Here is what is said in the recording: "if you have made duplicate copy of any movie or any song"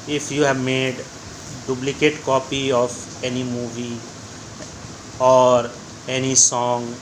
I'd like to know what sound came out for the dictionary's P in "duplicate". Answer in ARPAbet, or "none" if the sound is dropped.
B